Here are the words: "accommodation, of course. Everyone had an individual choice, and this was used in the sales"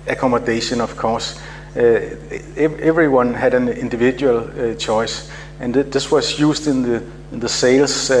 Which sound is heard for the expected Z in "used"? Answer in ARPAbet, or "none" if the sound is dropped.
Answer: S